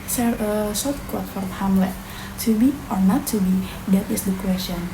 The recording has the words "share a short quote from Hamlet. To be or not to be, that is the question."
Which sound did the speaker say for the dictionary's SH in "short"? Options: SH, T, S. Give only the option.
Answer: S